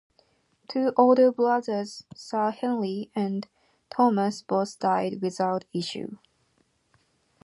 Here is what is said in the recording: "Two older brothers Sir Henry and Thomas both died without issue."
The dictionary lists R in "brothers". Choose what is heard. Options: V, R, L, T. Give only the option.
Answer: L